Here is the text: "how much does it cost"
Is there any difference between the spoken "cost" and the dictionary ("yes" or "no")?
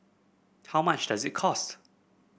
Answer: no